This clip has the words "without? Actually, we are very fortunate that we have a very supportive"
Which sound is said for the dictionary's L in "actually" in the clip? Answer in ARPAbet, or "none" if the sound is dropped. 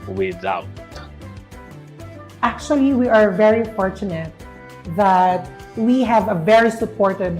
L